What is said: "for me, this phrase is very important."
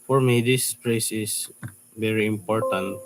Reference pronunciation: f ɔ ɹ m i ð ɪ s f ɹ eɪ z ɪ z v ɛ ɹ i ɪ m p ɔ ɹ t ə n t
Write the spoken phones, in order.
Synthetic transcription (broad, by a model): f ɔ ɹ m i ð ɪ s p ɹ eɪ s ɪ s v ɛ ɹ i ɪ m p ɔ ɹ t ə n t